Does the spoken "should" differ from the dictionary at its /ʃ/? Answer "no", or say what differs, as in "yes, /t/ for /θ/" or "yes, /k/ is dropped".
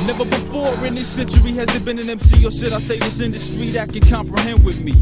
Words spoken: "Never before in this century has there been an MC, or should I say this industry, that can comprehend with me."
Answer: yes, /s/ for /ʃ/